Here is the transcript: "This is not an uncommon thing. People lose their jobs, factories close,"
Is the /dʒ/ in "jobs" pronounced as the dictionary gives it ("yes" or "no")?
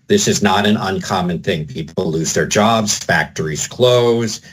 yes